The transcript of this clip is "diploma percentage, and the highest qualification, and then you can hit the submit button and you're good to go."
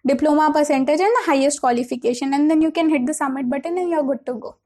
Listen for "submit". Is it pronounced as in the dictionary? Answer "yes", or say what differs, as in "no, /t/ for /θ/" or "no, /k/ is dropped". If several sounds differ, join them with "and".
no, /b/ is dropped